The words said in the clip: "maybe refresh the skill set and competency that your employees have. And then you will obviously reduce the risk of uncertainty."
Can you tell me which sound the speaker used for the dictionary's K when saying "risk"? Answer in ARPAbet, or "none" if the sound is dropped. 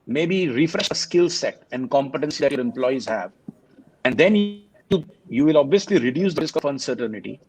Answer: K